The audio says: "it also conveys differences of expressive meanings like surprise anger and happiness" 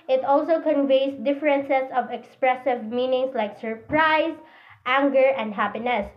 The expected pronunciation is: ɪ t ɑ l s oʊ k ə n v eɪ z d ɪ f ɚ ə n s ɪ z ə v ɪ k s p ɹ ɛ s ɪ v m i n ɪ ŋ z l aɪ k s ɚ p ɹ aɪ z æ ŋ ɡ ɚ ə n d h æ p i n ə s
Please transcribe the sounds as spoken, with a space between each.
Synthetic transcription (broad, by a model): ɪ t ɑ l s oʊ k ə n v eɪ s d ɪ f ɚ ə n s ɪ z ə v ɪ k s p ɹ ɛ s ɪ v m i n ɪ ŋ s l aɪ k s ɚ p ɹ aɪ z æ ŋ ɡ ɚ ə n d h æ p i n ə s